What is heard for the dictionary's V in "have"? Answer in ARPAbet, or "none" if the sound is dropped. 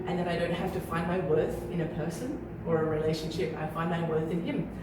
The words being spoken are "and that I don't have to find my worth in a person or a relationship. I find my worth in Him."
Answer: F